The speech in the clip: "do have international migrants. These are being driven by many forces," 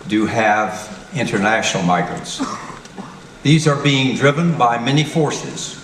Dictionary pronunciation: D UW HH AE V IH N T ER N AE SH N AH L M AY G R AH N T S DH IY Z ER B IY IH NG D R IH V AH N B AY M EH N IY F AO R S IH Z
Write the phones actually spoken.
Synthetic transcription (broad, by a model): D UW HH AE V IH N T ER N AE SH N L M AY G R AH N T S DH IY Z ER B IY IH NG D R IH V AH N B AY M EH N IY F AO R S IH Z